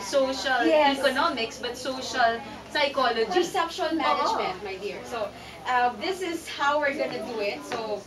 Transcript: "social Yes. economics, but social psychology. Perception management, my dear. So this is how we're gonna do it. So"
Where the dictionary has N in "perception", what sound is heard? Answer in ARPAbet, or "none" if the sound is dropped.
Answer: L